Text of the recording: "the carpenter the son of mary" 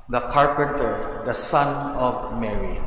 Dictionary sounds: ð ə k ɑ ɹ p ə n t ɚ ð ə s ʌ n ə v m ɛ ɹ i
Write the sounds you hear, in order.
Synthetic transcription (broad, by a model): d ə k ɑ ɹ p ə n t ɚ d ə s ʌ n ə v m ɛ ɹ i